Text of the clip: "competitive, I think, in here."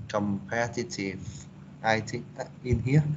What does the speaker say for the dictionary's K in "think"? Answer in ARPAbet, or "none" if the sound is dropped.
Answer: none